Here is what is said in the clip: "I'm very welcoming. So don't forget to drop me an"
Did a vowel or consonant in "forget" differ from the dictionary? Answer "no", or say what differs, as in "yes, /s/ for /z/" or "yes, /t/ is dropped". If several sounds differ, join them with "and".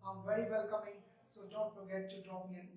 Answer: yes, /p/ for /f/